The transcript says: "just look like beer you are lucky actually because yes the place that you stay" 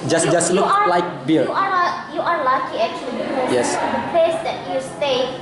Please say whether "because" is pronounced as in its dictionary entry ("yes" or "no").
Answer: no